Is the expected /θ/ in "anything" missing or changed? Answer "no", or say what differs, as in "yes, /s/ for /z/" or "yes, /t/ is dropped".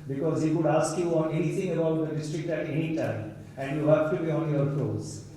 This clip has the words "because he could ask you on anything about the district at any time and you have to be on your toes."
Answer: yes, /t/ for /θ/